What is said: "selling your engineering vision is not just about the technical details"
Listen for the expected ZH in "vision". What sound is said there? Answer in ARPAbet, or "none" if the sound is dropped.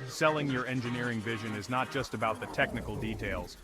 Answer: ZH